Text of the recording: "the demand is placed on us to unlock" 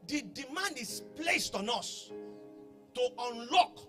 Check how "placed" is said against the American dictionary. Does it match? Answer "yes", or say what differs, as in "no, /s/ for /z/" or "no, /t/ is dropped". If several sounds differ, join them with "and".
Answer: yes